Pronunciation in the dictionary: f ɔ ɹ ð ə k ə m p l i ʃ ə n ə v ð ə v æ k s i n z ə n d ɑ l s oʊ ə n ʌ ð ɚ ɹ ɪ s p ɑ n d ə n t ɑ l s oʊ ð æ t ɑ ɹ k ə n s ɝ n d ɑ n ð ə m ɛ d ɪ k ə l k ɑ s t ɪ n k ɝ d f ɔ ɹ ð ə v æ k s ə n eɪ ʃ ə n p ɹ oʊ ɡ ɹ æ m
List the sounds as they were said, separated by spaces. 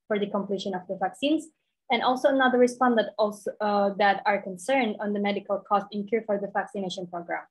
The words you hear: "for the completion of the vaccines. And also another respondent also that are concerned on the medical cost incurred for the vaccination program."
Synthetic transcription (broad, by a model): f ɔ ɹ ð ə k ə m p l i ʃ ə n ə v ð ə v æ k s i n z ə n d ɑ l s oʊ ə n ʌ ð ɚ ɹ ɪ s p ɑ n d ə t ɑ l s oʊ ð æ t ɑ ɹ k ə n s ɝ n d ɑ n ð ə m ɛ d ɪ k ə l k ɑ s t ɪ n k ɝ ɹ f ɔ ɹ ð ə v æ k s ə n eɪ ʃ ə n p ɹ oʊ ɡ ɹ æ m